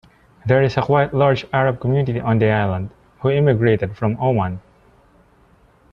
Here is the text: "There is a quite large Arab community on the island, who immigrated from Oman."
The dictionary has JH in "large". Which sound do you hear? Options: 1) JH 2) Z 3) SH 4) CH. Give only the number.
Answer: 1